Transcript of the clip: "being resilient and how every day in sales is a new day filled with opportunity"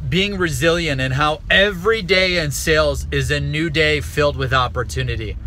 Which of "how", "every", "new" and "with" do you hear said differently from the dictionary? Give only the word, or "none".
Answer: none